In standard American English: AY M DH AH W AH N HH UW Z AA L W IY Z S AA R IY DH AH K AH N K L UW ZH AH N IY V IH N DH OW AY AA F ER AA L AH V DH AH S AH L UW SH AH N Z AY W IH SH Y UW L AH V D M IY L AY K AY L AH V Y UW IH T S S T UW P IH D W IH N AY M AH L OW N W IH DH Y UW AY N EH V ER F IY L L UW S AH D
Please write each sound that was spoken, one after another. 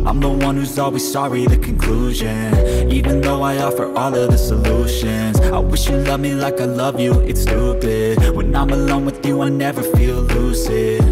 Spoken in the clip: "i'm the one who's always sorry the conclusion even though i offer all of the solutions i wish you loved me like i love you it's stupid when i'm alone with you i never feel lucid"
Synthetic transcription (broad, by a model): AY M DH AH W AH N HH UW Z AA L W IY Z S AA R IY DH AH K AH N K L UW ZH AH N IY V IH N DH OW AY AA F ER AA L AH V DH AH S AH L UW SH AH N Z AY W IH SH Y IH L AH V M IY L AY K AY L AH V Y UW IH T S S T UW B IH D W IH N AY M AH L OW N W IH DH Y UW AY N EH V ER F IY L L UW S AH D